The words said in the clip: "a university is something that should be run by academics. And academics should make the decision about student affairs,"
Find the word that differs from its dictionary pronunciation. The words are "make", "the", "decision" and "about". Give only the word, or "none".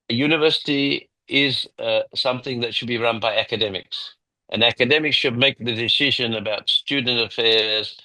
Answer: none